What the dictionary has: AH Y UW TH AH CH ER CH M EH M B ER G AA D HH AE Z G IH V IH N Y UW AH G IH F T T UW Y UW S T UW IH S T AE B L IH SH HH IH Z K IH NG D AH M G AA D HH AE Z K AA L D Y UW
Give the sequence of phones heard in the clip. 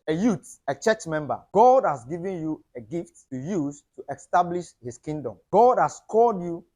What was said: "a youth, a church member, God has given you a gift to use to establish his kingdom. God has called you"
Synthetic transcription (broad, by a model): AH Y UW T AH CH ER CH M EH M B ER G AA D HH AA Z G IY V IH N Y UW AH G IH F T T UW Y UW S T UW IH S T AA B L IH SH HH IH S K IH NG D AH M G AA D HH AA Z K AA L D Y UW